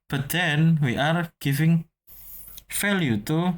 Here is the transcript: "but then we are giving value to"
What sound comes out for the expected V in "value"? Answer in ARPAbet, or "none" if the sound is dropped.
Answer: F